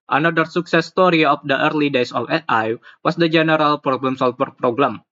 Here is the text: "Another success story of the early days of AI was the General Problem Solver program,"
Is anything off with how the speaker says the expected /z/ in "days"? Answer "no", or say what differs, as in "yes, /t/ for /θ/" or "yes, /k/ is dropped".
yes, /s/ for /z/